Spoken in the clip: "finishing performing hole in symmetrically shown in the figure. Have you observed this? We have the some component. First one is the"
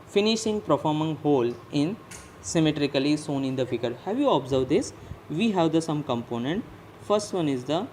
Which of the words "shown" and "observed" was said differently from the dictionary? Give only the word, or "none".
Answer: shown